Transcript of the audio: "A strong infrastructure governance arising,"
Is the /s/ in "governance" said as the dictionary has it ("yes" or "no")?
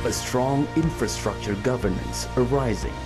yes